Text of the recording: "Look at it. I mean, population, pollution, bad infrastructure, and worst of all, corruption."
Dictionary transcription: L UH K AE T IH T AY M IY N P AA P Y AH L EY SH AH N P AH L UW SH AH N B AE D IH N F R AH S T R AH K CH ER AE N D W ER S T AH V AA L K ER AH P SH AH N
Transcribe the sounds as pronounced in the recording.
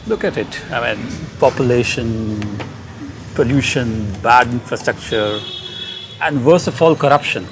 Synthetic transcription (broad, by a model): L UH K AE T IH T AY M IY N P AA P Y AH L EY SH AH N P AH L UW SH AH N B AE D IH N F R AH S T R AH K CH ER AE N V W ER S AH F AA L K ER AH P SH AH N